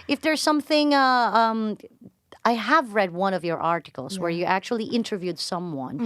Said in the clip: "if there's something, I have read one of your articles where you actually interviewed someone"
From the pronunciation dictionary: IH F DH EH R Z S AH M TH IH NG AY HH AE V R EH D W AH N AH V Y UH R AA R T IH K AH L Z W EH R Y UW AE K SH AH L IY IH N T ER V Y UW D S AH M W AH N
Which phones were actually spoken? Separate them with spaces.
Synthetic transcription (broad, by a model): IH F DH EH R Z S AH M TH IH NG AY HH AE V R EH D W AH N AH V Y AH R AA R T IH K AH L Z W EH R Y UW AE K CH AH L IY IH N T ER V Y UW D S AH M W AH N